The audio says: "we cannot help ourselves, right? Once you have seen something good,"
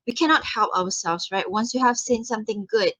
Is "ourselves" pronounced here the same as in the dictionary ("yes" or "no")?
no